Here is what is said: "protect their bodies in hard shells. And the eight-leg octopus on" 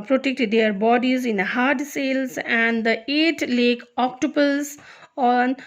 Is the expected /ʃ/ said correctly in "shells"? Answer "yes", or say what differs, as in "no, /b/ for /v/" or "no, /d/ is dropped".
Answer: no, /s/ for /ʃ/